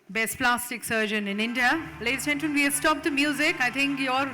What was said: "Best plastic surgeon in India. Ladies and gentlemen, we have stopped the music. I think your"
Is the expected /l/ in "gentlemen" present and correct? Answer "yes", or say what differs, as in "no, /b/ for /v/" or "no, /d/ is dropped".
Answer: no, /l/ is dropped